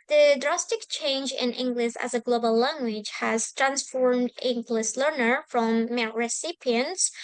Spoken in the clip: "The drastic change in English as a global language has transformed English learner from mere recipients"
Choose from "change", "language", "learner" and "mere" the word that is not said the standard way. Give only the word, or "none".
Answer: mere